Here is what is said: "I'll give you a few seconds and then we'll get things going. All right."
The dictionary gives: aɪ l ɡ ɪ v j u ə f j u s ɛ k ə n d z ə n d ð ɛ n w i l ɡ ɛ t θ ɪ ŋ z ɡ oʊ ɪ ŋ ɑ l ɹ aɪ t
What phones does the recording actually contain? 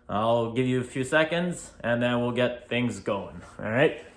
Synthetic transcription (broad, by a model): aɪ l ɡ ɪ v j ə f j u s ɛ k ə n d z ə n ð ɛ n w i l ɡ ɛ t θ ɪ ŋ z ɡ oʊ ɪ ŋ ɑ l ɹ aɪ t